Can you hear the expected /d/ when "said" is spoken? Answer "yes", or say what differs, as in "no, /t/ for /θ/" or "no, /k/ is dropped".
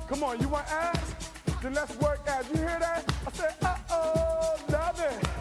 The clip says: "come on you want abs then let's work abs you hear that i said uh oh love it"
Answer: no, /d/ is dropped